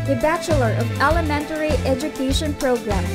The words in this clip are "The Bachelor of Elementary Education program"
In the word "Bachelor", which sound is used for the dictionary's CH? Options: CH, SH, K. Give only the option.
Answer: CH